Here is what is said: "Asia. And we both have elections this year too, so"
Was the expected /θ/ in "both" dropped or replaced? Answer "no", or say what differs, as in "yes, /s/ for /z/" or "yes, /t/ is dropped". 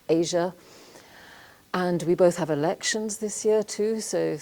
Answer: no